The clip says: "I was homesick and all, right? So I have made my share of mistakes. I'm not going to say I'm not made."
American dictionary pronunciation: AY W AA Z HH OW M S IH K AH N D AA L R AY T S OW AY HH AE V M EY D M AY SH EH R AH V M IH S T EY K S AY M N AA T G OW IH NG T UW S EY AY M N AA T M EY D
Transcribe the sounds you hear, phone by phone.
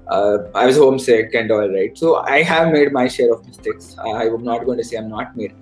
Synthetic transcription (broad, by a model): AY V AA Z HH OW M S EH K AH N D AA L R AY T S OW AY HH AE V M EY D M AY SH EH R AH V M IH S T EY K S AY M N AA T G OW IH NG T UW S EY AY M N AA T M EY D